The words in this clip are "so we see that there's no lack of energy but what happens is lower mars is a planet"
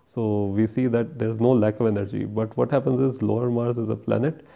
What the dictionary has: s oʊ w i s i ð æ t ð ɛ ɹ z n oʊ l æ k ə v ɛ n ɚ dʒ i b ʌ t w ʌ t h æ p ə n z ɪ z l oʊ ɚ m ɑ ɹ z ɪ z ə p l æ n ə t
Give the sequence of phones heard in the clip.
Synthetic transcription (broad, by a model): s oʊ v i s i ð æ t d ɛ ɹ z n oʊ l æ k ə v ɛ n ɚ dʒ i b ʌ t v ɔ t h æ p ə n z ɪ z l oʊ ɚ m ɑ ɹ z ɪ z ə p l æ n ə t